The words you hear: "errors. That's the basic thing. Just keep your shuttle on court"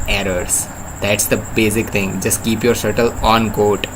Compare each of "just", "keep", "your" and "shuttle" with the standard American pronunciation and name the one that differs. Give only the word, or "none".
shuttle